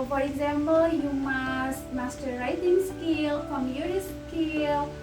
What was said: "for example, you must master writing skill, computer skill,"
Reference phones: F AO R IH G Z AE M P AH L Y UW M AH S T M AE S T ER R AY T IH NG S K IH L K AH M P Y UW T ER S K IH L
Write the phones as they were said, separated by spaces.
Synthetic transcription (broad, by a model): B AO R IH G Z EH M B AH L Y UW M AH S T M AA S T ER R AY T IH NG S K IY L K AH M Y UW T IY S K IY L